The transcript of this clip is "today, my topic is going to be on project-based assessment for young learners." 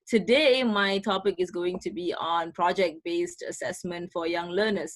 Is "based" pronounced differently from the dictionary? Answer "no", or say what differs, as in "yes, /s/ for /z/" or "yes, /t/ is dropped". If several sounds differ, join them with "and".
no